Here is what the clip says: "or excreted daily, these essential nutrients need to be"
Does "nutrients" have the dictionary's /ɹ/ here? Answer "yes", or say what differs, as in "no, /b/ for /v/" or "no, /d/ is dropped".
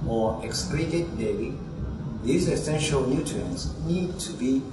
no, /ɹ/ is dropped